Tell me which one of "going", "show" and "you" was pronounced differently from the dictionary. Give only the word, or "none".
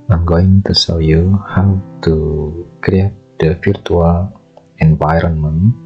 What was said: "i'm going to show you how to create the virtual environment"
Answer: show